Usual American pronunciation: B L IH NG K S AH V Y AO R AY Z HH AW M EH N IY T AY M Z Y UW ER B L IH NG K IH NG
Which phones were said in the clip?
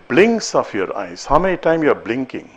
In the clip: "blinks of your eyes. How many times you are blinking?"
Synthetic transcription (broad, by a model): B L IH NG K S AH F Y AO R AY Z HH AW M EH N IY T AY M Y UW B L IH NG K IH NG